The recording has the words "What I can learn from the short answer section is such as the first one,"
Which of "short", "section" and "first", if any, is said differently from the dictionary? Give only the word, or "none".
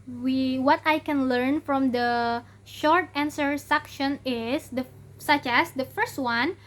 none